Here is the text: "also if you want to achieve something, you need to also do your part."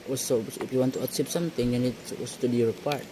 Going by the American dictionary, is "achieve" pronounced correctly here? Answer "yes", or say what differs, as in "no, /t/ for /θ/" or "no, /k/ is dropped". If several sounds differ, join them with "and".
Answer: no, /s/ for /tʃ/ and /p/ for /v/